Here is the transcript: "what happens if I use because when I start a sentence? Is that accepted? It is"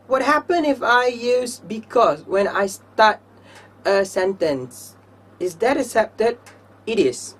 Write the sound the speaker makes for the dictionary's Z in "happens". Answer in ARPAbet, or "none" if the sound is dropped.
none